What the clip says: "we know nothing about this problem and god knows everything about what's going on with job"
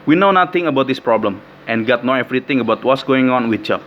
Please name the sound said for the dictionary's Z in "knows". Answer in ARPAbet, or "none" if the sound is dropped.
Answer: none